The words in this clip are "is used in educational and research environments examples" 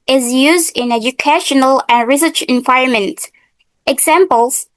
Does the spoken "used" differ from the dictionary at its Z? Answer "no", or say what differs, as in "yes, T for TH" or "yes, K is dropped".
no